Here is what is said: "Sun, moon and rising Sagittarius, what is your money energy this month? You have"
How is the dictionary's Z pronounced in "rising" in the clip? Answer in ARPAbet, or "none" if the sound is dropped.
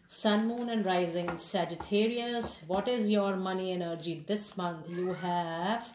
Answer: Z